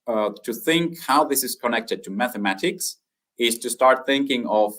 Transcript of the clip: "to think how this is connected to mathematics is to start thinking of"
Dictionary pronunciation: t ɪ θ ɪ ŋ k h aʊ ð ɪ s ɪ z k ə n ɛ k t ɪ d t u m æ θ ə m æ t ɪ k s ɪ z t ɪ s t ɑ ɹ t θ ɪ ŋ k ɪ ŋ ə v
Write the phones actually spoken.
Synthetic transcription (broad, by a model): t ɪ θ ɪ ŋ k h aʊ ð ɪ s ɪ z k ə n ɛ k t ɪ d t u m æ θ ə m æ t ɪ k s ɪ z t ɪ s t ɑ ɹ t θ ɪ ŋ k ɪ ŋ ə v